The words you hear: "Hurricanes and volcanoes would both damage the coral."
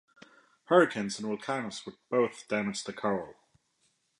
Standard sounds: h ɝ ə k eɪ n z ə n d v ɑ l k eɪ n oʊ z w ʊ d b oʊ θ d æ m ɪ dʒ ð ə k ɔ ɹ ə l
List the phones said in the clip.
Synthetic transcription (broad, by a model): h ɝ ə k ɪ n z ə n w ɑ l k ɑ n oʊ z w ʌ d b oʊ θ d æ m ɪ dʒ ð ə k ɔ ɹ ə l